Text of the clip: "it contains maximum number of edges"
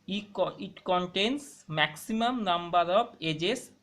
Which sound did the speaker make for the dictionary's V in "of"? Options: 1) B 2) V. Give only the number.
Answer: 1